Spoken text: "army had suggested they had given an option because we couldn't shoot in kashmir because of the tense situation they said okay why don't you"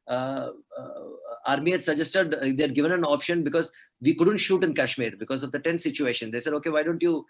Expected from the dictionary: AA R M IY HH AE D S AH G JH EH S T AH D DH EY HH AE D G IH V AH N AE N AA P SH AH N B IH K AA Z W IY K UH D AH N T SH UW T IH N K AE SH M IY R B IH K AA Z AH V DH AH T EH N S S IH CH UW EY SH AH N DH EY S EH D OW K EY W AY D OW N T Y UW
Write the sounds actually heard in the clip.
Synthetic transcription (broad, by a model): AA R M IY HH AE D S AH JH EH S T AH D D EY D G IH V AH N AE N AA P SH AH N B IH K AA Z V IY K UH D AH N T SH UW T IH N K AE SH M IY R B IH K AA Z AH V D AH T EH N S S IH CH UW EY SH AH N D EY S EH D OW K EY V AY D OW N T Y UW